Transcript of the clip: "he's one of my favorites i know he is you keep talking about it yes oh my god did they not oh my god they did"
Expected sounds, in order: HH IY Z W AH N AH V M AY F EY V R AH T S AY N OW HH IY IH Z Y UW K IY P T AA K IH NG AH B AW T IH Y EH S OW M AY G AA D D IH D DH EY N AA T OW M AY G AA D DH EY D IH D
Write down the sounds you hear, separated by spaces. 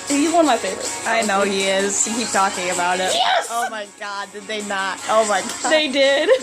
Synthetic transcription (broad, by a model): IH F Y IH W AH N M AY F EY V R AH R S AY N OW HH IY IH Z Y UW K IY P T AA K IH NG AH B AW T IH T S OW M AY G AA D D IH D DH EY N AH T OW M AY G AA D DH EY D IH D